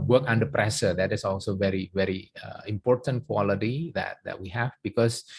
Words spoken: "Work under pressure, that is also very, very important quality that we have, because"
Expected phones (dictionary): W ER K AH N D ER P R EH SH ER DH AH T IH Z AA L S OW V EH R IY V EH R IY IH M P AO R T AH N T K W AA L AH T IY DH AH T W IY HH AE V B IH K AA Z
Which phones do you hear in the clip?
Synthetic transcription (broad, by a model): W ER K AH N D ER P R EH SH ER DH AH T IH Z AA L S OW V EH R IY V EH R IY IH M P AO R T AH N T K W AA L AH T IY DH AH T W IY HH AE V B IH K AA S